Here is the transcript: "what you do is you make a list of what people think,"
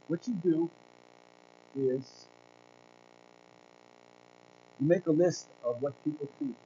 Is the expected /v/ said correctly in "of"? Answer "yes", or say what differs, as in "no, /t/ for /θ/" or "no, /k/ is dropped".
yes